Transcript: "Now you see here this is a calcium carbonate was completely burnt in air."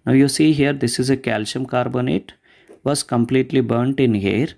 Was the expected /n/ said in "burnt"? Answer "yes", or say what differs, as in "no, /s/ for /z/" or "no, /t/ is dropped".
yes